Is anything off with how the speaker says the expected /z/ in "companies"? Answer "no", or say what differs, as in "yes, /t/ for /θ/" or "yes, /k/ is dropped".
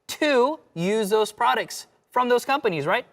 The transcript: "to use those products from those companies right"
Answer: no